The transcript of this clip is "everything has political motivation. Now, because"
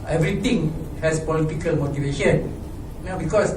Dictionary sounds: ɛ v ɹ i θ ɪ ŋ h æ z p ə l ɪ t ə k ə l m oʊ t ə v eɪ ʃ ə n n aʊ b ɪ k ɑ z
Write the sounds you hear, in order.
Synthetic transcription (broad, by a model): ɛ v ɹ i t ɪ ŋ h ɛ s p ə l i t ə k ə l m oʊ t ə v eɪ ʃ ə n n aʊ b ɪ k ɑ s